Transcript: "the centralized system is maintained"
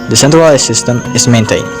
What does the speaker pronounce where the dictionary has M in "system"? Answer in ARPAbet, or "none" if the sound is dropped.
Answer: M